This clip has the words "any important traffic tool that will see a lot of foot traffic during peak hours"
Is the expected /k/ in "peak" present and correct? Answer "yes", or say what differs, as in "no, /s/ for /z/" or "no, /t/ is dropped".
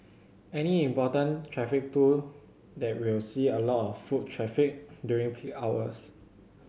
no, /k/ is dropped